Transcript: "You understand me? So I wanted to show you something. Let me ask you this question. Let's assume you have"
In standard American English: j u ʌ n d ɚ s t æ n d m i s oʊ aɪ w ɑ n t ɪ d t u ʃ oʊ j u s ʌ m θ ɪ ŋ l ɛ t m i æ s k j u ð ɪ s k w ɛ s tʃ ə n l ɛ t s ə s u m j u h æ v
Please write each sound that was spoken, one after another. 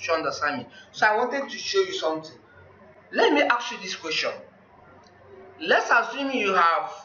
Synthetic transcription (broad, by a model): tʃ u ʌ n d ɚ s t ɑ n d m i s oʊ aɪ w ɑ n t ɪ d t u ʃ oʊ j u s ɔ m t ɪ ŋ l ɛ t m i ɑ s j u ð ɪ s k w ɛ s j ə n l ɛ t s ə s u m j u h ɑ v